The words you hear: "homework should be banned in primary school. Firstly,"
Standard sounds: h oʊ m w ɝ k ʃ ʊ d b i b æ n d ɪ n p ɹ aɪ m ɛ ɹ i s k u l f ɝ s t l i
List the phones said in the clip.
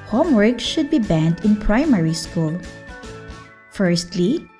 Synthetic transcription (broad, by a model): h oʊ m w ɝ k ʃ ʊ d b i b æ n d ɪ n p ɹ aɪ m ɛ ɹ i s k u l f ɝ s t l i